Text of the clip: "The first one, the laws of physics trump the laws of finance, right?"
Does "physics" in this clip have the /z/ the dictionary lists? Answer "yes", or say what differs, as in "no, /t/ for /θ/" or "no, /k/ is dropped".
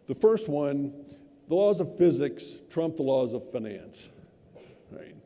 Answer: yes